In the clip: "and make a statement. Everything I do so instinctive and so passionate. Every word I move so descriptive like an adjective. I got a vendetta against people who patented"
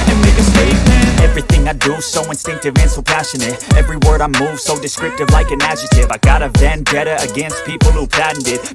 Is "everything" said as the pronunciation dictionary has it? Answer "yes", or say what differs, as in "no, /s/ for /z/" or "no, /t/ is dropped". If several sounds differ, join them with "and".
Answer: yes